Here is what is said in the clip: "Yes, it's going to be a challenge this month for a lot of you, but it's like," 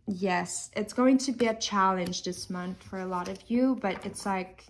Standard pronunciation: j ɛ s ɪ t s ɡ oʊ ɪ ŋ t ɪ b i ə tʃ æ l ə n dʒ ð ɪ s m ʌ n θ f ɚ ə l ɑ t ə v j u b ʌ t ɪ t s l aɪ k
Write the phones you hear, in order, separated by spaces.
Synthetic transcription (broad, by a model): j ɛ s ɪ t s ɡ oʊ ɪ ŋ t ɪ b i ə tʃ æ l ə n dʒ ð ɪ s m ʌ n θ f ɚ ə l ɑ t ə v j u b ʌ t ɪ t s l aɪ k